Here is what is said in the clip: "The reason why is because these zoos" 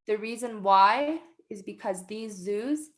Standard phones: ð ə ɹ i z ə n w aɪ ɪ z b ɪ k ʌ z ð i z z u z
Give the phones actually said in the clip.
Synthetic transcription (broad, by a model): ð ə ɹ i z ə n w aɪ ɪ z b ɪ k ʌ z ð i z z u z